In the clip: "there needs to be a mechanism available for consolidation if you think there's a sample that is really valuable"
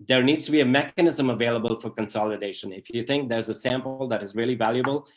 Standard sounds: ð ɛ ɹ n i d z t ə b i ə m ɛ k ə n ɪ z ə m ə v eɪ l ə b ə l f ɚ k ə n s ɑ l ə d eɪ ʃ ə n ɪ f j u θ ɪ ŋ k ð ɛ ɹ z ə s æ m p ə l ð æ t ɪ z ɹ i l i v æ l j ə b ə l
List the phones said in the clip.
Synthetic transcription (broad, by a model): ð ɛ ɹ n i d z t ə b i ə m ɛ k ə n ɪ z ə m ə v eɪ l ə b ə l f ɚ k ə n s ɑ l ə d eɪ ʃ ə n ɪ f j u θ ɪ ŋ k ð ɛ ɹ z ə s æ m p l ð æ t ɪ z ɹ i l i v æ l j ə b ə l